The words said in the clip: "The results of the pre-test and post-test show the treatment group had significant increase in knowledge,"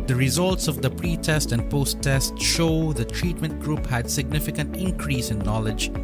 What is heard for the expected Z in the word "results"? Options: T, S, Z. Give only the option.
Z